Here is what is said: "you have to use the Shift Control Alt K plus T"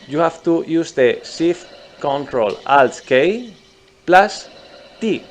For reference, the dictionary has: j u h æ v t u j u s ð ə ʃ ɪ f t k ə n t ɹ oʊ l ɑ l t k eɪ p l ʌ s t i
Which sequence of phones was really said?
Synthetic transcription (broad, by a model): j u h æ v t u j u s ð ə s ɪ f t k ə n t ɹ oʊ l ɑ l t k eɪ p l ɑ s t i